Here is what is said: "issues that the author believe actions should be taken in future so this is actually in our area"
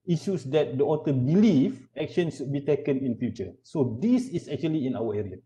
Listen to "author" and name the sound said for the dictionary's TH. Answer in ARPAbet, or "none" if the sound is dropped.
T